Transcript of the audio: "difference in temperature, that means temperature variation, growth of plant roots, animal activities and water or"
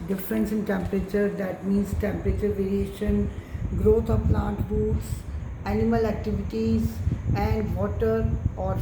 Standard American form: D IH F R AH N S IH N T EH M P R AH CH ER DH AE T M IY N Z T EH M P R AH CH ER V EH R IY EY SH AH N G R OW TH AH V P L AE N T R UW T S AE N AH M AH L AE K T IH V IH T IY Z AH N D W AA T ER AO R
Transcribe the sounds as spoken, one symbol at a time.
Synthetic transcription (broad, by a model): D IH F R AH N S IH N T EH M P R AH CH ER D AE T M IY N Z T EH M P R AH CH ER V EH R IY EY SH AH N G R OW T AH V P L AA N T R UW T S AE N AH M AH L AE K T IH V IH T IY Z AH N D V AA T ER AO R